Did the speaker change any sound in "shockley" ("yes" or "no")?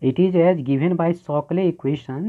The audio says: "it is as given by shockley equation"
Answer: yes